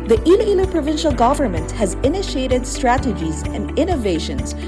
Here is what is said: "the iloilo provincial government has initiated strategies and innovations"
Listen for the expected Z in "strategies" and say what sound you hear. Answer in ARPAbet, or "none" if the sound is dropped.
Z